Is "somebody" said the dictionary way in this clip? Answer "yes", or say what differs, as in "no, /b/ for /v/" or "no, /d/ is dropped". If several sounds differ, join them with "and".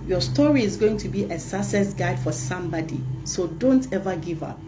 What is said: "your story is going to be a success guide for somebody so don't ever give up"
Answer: yes